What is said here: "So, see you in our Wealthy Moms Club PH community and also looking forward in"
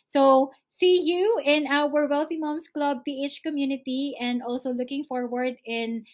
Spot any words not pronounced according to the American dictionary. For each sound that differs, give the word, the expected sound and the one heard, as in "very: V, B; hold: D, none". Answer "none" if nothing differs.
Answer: moms: Z, S